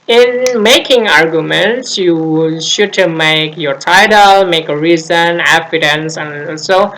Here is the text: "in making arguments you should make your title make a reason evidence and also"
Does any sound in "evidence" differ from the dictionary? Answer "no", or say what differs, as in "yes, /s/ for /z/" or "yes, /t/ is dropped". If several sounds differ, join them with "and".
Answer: yes, /f/ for /v/